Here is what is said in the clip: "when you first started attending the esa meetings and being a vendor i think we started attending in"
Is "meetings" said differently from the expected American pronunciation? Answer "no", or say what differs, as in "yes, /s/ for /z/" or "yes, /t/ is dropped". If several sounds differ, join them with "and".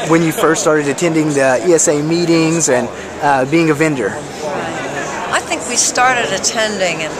no